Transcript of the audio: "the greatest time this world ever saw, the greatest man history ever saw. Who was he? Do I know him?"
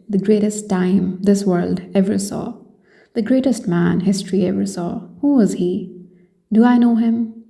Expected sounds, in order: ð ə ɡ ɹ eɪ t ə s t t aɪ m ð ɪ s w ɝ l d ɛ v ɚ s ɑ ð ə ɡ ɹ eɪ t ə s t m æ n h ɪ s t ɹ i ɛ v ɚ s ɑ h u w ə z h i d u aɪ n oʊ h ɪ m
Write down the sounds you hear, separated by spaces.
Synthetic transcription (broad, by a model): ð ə ɡ ɹ eɪ t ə s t t aɪ m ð ɪ s w ɝ l d ɛ v ɚ s ɑ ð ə ɡ ɹ eɪ t ə s t m æ n h ɪ s t ɹ i ɛ v ɚ s ɑ h u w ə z h i d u aɪ n oʊ h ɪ m